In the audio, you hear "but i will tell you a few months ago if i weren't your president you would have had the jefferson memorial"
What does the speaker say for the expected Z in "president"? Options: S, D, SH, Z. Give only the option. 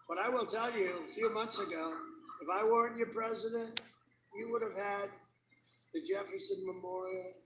Z